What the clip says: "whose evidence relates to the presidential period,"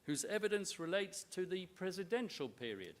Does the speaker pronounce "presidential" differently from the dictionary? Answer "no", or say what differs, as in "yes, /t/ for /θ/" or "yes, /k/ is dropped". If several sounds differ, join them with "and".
no